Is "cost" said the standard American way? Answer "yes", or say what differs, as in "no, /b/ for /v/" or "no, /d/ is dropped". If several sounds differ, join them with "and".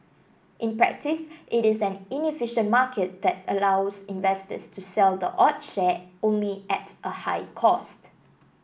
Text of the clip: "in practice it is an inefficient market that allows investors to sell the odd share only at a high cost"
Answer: yes